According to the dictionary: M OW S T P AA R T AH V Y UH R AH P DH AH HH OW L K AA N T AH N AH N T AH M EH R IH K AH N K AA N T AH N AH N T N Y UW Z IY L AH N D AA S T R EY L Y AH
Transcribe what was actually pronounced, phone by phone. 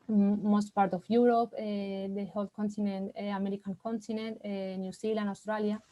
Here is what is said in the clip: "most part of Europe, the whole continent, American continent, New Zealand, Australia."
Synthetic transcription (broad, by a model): M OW S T P AA R T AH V Y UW R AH P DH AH HH OW L K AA N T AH N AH N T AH M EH R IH K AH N K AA N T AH N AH N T N Y UW S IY L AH N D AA S T R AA L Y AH